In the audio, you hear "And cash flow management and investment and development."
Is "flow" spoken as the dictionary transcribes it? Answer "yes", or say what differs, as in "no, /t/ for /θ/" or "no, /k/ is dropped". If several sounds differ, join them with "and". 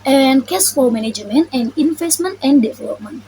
no, /l/ is dropped